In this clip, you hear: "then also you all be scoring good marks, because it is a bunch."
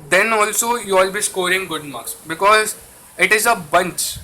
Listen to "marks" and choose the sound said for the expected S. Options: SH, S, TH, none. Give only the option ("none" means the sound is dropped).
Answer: none